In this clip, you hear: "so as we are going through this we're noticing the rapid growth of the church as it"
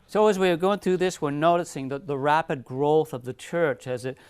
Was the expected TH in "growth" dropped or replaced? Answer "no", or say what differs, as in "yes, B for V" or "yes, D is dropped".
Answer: no